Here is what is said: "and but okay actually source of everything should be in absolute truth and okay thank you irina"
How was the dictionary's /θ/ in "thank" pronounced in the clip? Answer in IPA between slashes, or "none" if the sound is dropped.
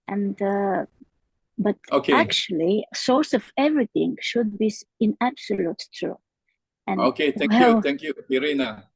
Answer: /t/